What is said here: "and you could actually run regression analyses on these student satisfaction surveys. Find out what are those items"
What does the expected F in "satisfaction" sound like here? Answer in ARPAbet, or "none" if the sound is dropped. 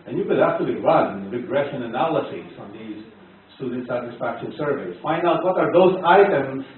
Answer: F